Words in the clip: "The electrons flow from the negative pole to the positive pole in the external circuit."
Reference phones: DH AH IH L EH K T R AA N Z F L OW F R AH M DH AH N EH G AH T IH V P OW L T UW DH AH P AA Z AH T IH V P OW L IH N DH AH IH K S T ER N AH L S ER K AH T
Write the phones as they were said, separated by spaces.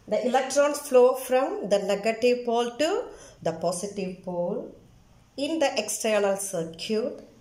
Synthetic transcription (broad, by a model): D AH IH L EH K T R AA N S F L OW F R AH M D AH N EH G AH T IH V P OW L T UW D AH P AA S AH T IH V P OW L IH N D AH IH K S T ER N AH L S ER K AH T